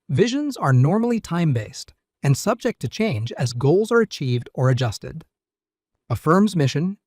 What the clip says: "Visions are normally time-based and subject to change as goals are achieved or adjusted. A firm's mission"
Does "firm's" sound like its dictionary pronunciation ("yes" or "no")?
yes